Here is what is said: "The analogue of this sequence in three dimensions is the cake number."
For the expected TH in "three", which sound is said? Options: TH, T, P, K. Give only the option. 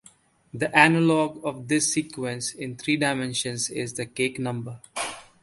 T